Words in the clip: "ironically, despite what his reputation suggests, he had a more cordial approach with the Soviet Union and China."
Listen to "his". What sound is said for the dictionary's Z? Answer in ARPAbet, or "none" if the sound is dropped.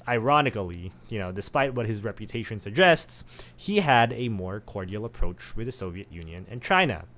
Z